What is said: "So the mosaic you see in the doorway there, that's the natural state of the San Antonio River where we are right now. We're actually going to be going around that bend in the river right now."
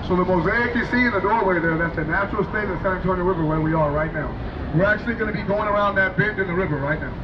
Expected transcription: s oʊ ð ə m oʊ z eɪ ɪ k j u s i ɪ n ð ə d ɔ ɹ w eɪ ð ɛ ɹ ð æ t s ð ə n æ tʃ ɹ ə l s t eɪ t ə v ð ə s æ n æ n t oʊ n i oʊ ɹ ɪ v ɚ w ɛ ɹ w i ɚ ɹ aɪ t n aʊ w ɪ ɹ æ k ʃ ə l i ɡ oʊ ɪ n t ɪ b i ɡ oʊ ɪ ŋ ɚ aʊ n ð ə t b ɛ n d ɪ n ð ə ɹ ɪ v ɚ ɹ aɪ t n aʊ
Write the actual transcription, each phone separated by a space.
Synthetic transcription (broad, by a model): s oʊ ð ə m oʊ z eɪ ɪ k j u s i ɪ n ð ə d ɔ ɹ w eɪ ð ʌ ɹ ð æ t s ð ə n æ tʃ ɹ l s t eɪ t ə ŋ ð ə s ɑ æ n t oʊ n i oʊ ɹ ɪ v ɚ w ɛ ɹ w i ɚ ɹ aɪ t n aʊ w ɪ ɹ æ k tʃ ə l i ɡ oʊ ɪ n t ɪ b i ɡ oʊ ɪ ŋ ɚ aʊ n ð ə t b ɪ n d ɪ n ð ə ɹ ɪ v ɚ ɹ aɪ t n aʊ